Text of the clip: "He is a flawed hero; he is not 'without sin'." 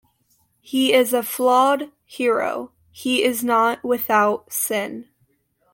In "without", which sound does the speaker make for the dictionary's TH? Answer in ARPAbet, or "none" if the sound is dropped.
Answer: TH